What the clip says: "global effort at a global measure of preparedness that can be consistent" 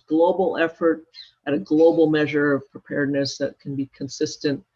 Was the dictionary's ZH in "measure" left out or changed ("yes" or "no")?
no